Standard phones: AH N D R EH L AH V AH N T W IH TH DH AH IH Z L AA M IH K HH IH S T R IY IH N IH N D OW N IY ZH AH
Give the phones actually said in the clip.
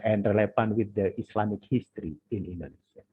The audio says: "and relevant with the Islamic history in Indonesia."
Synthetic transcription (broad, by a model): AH N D R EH L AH F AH N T W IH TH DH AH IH S L AA M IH K HH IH S T R IY IH N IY N D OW N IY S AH